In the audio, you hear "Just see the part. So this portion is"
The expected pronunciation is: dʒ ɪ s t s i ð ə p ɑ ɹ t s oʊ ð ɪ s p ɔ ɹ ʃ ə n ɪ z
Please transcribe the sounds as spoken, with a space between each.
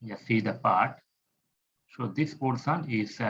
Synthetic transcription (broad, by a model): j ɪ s s i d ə p ɑ ɹ t s oʊ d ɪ s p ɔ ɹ s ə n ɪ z